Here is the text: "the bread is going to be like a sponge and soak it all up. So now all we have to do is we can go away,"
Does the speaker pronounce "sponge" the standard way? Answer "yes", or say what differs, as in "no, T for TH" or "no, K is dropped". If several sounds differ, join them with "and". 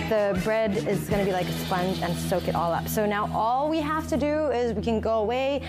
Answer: yes